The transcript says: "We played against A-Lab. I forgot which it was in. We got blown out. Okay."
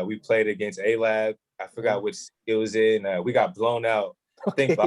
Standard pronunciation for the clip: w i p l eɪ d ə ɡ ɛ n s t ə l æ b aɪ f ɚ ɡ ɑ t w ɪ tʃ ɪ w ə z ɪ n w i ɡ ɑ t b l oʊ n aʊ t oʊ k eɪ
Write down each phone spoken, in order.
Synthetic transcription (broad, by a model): w i p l eɪ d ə ɡ ɛ n s t ə l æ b aɪ f ɚ ɡ ɑ t w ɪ tʃ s w ə z ɪ n w i ɡ ɑ t b l oʊ n aʊ t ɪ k